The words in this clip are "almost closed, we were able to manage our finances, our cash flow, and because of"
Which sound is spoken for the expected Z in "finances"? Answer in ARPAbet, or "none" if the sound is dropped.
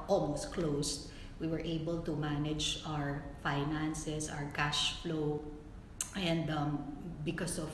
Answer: S